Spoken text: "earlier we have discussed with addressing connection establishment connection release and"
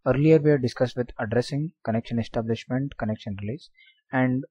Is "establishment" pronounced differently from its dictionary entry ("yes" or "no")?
no